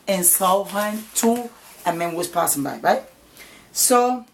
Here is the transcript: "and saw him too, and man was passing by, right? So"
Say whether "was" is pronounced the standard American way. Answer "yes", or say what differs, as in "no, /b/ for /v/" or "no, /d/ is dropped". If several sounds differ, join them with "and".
no, /s/ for /z/